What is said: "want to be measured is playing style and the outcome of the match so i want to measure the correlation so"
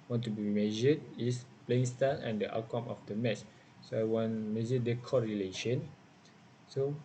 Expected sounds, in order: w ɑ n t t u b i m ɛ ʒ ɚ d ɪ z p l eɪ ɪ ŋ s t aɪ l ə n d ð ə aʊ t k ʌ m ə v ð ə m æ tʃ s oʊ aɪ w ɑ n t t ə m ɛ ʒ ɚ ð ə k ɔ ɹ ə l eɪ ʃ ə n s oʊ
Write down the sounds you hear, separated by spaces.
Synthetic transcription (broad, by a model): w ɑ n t t u b i m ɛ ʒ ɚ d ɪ s p l eɪ ɪ ŋ s t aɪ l ə n d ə t k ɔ m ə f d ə m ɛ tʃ s oʊ aɪ w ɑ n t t m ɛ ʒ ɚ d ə k ɔ ɹ ə l eɪ ʃ ə n s oʊ